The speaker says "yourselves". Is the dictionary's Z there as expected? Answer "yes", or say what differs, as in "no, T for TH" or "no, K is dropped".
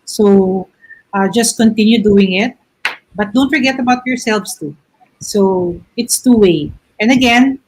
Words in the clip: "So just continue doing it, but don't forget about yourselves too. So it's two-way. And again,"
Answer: no, S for Z